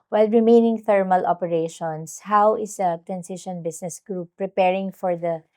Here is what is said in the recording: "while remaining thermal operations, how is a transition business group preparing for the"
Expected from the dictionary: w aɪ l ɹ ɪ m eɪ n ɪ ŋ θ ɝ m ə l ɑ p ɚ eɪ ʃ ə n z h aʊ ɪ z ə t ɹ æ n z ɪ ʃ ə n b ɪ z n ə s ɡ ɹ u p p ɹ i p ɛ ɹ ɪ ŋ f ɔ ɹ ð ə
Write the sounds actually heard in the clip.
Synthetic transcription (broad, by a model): w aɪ l ɹ ɪ m eɪ n ɪ ŋ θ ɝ m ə l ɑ p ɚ eɪ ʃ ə n s h aʊ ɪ s ə t ɹ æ n s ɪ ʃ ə n b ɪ s n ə s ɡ ɹ u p p ɹ i p ɛ ɹ ɪ ŋ f ɔ ɹ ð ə